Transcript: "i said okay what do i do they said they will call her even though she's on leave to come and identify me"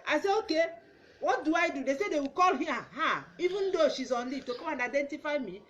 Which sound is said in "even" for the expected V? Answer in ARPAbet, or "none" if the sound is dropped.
V